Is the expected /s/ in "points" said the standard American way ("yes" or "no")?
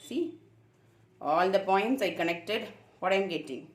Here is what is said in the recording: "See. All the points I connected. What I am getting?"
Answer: yes